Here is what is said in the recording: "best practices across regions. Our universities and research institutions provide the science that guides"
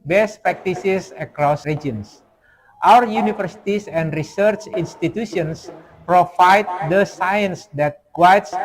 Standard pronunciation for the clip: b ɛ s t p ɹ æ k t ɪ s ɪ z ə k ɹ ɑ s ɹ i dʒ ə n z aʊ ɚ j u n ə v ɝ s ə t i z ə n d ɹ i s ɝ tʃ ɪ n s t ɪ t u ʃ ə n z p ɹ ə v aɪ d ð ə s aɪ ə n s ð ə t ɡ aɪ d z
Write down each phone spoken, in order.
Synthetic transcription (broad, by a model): b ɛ s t p ɹ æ k t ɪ s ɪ s ə k ɹ ɑ s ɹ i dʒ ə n s aʊ ɚ j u n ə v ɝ s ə t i s ə n d ɹ i s ɝ tʃ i n s t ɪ t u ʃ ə n s p ɹ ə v aɪ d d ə s aɪ ə n s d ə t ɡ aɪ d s